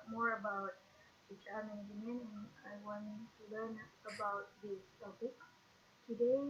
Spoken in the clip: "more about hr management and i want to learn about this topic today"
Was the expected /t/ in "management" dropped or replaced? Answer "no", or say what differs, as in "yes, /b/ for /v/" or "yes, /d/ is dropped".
yes, /t/ is dropped